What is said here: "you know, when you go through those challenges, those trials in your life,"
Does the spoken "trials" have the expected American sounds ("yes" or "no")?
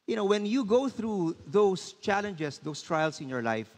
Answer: no